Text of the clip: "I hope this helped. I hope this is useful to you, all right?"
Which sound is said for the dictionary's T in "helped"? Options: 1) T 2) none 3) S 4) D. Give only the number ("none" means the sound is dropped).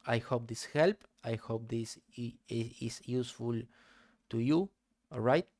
2